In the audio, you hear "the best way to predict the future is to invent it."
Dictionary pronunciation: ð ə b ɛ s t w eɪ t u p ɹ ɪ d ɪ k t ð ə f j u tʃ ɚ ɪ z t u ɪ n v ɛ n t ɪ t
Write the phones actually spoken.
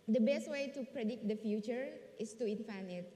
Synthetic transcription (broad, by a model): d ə b ɛ s t w eɪ t u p ɹ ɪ d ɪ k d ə f j u tʃ ɚ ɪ s t u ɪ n f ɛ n ɪ t